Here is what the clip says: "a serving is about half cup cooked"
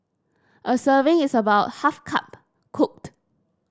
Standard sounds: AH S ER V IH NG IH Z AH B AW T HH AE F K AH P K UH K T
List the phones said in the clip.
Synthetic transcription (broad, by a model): AH S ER V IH NG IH S AH B AW T HH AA F K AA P K UH K T